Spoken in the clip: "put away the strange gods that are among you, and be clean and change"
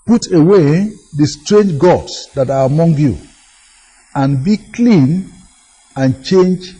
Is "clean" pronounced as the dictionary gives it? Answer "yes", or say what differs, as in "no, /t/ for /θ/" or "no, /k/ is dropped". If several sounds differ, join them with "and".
yes